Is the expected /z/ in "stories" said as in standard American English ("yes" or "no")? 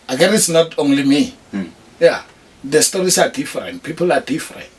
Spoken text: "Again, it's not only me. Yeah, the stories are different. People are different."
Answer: no